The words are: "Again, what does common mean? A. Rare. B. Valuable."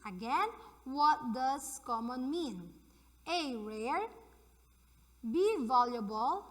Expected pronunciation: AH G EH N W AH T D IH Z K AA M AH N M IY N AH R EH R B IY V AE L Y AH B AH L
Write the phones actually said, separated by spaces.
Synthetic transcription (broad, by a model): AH G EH N W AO T D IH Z K AA M AH N M IY N AH R EH R B IY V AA L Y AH B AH L